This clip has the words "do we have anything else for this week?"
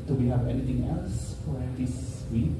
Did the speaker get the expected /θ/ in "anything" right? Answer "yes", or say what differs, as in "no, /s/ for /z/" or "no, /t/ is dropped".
no, /t/ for /θ/